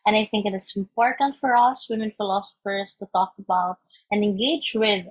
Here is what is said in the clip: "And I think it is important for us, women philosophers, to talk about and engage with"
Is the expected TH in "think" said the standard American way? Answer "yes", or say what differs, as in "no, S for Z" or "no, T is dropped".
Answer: yes